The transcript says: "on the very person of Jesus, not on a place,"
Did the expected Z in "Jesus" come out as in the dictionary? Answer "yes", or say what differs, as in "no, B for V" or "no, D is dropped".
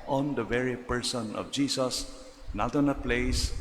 no, S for Z